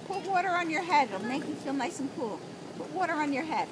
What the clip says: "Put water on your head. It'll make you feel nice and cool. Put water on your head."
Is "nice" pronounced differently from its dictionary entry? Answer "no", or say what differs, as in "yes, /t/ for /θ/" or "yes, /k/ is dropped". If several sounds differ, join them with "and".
yes, /l/ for /n/